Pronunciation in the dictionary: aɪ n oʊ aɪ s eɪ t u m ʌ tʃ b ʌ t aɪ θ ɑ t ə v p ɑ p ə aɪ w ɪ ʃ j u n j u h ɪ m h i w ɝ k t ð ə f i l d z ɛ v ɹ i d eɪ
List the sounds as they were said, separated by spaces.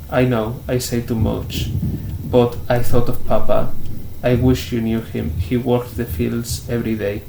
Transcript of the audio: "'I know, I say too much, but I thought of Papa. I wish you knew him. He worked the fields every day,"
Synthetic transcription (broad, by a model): aɪ n oʊ aɪ s eɪ t u m ʌ tʃ b ʌ t aɪ θ ɑ t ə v p ɑ p ə aɪ w ɪ ʃ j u n j u h ɪ m h i w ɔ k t ð ə f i l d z ɛ v ɹ i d eɪ